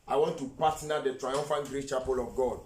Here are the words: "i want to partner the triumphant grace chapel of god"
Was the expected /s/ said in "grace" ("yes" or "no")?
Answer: no